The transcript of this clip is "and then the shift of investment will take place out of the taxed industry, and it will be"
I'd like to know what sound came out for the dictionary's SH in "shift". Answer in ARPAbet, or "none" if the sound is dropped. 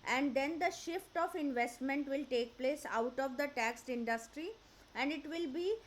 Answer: SH